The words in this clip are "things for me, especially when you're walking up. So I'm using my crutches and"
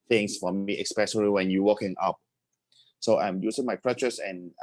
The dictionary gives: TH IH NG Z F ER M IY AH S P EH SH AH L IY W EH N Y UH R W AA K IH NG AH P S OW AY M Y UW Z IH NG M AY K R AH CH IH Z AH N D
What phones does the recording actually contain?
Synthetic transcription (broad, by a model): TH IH NG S F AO M IY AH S P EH S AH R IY W EH N Y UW W AA K IH NG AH P S OW AY M Y UW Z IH NG M AY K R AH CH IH S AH N